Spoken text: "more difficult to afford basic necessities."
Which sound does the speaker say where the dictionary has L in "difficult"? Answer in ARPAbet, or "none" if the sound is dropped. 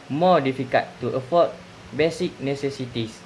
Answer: none